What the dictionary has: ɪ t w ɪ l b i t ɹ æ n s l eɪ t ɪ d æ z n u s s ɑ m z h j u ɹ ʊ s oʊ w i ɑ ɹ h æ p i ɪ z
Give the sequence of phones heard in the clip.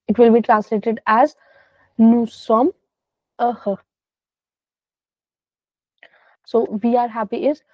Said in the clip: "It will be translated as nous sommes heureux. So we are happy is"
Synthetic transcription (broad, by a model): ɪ t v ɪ l b i t ɹ æ n s l eɪ t ɪ d æ z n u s s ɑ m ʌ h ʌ s oʊ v i ɑ ɹ h æ p i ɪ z